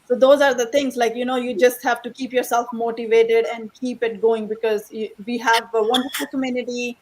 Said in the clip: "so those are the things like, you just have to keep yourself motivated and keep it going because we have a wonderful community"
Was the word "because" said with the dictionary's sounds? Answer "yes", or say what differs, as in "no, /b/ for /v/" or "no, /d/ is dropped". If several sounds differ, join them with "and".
yes